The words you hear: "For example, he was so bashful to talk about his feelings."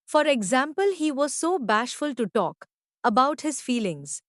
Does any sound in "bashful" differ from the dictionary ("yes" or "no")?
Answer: no